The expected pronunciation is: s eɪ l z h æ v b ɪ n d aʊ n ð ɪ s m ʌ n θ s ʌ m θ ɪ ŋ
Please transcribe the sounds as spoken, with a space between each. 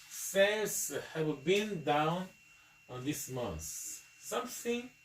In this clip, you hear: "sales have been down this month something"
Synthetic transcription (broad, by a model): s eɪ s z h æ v b ɪ n d aʊ n ð ɪ s m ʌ n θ s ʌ m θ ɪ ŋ